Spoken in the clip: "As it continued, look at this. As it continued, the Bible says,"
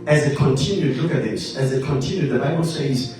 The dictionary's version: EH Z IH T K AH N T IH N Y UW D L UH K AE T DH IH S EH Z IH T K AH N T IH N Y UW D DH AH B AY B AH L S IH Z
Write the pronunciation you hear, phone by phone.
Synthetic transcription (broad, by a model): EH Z IH T K AH N T IH N Y UW D L UH K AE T DH IH S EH Z IH T K AH N T IH N Y UW D DH AH B AY B AH L S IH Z